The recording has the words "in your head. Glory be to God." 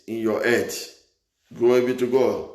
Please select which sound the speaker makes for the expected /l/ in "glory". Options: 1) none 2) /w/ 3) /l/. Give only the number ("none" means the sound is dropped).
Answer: 1